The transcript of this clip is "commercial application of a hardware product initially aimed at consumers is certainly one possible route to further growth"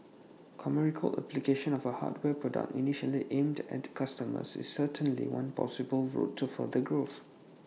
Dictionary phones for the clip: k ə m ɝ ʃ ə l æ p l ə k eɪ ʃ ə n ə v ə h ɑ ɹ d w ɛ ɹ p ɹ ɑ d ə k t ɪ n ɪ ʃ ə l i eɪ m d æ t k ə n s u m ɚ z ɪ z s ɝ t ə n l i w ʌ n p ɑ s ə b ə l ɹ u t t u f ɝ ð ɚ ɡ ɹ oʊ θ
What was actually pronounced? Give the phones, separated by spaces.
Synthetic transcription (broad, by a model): k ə m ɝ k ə l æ p l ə k eɪ ʃ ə n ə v ə h ɑ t w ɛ p ɹ ɑ d ə k t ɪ n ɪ ʃ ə l i eɪ m d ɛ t k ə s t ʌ m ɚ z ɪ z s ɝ t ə n l i w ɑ n p ɑ s ə b ə l ɹ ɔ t t u f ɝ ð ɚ ɡ ɹ oʊ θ